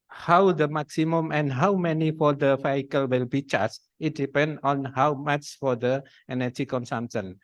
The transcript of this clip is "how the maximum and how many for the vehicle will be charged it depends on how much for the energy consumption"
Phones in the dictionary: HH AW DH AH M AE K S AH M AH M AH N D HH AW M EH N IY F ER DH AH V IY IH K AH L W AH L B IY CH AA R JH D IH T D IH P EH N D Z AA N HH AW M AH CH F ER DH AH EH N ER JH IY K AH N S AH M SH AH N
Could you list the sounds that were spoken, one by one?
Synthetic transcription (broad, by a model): HH AW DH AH M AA K S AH M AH M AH N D HH AW M EH N IY F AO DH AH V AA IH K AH L W AH L B IY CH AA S IH T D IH P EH N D AA N HH AW M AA CH F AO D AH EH N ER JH IY K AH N S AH M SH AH N